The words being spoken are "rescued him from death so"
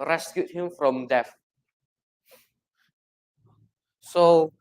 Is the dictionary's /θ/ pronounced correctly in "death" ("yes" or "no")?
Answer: no